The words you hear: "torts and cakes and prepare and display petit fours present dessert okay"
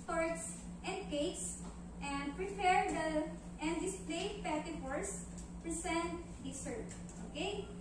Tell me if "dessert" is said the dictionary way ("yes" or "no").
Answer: no